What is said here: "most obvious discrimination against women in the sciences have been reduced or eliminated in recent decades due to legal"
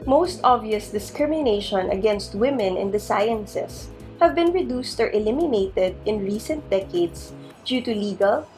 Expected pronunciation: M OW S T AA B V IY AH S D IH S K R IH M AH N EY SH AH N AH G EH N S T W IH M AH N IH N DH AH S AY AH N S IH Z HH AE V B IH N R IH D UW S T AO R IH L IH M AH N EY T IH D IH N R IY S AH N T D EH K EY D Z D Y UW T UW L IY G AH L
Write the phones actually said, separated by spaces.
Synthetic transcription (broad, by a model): M OW S T AA B V IY AH S D IH S K R IH M AH N EY SH AH N AH G EH N S T W IH M AH N IH N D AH S AY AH N S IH S HH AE V B IH N R IH D UW S T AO R IH L IH M AH N EY T IH D IH N R IY S AH N T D EH K EY D S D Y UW T UW L IY G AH L